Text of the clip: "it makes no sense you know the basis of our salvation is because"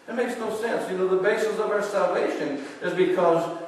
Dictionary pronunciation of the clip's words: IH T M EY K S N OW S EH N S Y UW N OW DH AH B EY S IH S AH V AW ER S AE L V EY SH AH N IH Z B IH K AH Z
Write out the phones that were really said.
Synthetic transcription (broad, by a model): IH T M EY K S N OW S EH N S Y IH N OW DH AH B EY S IH S AH V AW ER S AE L V EY SH AH N IH Z B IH K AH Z